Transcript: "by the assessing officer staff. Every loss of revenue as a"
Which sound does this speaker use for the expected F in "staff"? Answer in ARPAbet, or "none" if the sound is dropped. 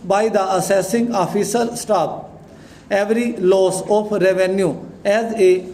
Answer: P